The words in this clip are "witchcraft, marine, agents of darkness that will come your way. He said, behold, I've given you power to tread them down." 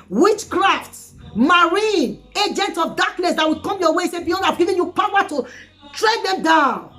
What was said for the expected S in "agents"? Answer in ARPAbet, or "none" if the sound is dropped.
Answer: none